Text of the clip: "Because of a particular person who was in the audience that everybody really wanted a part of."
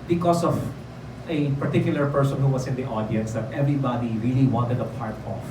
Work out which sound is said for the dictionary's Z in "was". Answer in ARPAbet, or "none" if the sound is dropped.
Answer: S